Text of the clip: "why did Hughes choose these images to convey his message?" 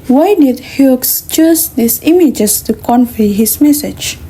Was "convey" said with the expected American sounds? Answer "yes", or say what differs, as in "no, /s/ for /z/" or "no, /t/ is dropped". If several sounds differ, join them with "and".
no, /f/ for /v/